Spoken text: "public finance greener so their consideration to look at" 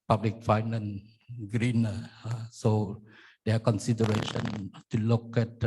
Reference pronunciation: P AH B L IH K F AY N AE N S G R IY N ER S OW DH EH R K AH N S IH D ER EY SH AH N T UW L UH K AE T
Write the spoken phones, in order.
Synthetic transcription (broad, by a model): P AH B L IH K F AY N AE N G R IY N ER S OW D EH K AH N S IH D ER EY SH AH N T UW L UH K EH T